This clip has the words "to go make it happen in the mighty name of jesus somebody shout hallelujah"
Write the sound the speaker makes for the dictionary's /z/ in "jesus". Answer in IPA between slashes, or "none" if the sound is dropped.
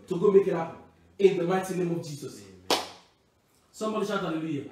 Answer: /s/